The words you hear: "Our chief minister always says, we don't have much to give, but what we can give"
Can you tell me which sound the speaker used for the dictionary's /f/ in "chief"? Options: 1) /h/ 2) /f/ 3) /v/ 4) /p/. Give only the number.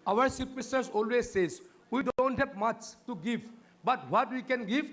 4